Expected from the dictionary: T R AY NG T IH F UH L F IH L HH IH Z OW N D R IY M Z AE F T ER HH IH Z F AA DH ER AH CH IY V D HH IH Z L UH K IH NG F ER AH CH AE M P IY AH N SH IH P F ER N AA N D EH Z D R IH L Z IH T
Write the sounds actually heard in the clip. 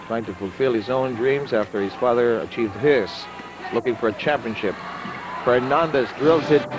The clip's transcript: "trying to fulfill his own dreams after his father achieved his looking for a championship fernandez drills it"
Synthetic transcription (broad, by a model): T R AY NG T IH F UH L F IH L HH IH Z OW N D R IY M Z AE F T ER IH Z F AA DH ER AH CH IY V D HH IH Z L UH K IH NG F ER AH CH AE M P IY AH N SH IH P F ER N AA N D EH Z D R IH L Z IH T